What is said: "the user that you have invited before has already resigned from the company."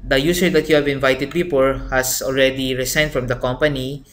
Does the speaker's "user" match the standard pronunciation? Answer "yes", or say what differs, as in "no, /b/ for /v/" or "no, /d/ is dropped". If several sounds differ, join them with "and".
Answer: no, /s/ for /z/